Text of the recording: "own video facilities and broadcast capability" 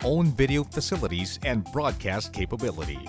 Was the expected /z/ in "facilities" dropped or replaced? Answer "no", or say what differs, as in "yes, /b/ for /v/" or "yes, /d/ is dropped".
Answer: no